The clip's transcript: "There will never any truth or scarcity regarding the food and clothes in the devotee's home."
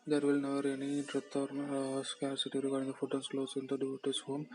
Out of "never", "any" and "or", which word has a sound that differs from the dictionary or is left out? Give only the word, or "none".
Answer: none